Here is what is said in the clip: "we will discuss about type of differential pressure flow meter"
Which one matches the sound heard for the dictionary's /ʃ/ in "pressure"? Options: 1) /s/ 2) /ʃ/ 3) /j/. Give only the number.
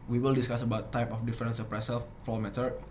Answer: 1